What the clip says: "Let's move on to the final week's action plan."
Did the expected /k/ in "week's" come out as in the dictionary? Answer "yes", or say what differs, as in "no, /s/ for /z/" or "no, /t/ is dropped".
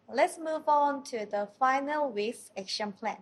no, /k/ is dropped